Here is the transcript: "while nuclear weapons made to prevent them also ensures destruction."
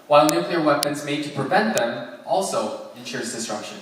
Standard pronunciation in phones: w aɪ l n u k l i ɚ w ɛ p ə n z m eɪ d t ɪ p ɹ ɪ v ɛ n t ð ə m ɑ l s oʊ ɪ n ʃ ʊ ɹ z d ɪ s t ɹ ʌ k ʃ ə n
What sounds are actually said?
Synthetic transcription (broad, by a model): w aɪ l n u k l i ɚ w ɛ p ə n z m eɪ d t ɪ p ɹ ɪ v ɛ n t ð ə m ɑ l s oʊ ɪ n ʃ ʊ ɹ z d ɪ s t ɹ ʌ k ʃ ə n